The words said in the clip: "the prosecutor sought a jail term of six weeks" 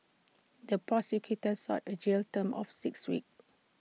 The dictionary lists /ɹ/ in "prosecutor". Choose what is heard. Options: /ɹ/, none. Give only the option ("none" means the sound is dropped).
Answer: none